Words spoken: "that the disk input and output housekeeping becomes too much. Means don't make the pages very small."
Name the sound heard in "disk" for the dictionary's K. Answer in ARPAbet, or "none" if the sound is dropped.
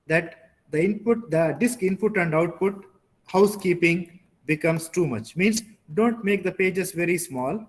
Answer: K